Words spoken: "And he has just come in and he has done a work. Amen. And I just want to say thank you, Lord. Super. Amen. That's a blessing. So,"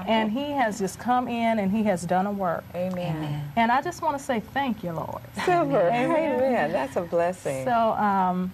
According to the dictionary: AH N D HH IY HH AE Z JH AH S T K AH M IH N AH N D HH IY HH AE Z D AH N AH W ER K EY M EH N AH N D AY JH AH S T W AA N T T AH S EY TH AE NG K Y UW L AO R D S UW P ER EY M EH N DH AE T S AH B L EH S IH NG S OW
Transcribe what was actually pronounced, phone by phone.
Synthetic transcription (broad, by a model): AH N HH IY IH Z JH AH S K AH M IH N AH N IY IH Z D AH N AH W ER K EY M EH N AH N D AY JH AH S T W AA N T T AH S EY TH AE NG K Y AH L AO R D S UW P ER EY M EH N DH AE T S AH B L EH S IH NG S OW